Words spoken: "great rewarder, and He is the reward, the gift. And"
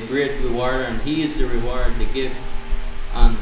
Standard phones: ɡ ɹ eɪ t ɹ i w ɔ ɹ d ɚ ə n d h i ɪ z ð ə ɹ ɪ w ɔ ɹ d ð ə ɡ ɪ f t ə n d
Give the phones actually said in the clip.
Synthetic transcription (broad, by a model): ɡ ɹ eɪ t ɹ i w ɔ ɹ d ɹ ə n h i ɪ z ð ə ɹ ɪ w ɔ ɹ d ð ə ɡ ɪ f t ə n